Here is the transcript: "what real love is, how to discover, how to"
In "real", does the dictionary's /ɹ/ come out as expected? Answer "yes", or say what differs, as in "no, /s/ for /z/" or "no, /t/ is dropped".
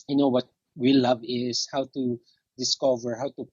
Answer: no, /w/ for /ɹ/